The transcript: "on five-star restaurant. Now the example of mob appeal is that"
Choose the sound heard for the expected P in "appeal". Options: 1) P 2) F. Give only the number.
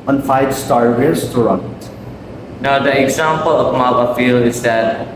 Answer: 2